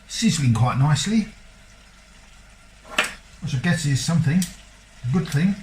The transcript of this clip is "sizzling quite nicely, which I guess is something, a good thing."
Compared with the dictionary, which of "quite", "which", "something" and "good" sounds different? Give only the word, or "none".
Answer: which